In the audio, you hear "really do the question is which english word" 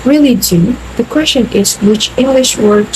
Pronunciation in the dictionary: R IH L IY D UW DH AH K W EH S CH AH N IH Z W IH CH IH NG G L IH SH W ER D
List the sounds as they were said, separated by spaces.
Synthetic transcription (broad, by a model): R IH L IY D UW DH AH K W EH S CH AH N IH Z W IH CH IH NG G L IH SH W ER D